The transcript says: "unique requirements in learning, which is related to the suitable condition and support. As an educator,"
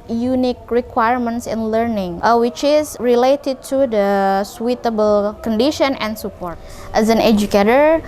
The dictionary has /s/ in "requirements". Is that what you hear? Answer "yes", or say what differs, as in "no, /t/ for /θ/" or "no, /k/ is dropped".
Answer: yes